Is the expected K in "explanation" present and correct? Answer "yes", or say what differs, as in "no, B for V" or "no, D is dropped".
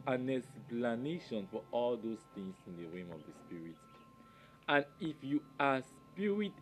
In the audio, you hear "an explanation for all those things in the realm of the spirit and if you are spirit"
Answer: no, K is dropped